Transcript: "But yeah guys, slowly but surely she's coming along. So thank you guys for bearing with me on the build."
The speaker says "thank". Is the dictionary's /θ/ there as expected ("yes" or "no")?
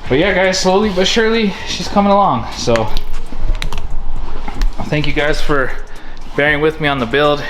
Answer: yes